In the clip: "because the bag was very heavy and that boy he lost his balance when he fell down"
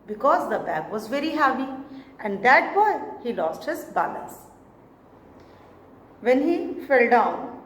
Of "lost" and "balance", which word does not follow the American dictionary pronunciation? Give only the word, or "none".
balance